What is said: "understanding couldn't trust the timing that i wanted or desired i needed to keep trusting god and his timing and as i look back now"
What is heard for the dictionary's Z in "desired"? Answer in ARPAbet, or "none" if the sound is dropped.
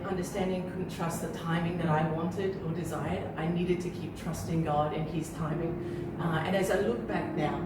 Z